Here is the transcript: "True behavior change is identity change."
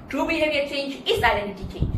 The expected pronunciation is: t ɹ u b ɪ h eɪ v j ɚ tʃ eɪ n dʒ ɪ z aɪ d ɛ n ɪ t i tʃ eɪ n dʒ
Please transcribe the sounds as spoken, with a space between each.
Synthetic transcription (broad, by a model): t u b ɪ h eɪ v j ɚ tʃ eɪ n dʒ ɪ s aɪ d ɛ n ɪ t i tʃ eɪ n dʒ